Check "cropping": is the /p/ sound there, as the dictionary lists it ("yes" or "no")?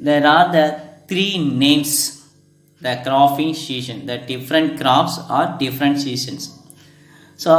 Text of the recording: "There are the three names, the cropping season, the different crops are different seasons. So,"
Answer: no